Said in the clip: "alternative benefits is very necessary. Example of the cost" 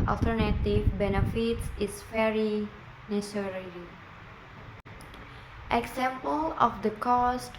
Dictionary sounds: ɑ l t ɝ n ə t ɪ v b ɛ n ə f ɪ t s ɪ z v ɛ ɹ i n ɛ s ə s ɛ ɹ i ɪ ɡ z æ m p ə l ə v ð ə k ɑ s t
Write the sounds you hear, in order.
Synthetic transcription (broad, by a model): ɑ l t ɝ n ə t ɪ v b ɛ n ə f ɪ t s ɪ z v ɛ ɹ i n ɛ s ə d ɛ l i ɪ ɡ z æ m p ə l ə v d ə k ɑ s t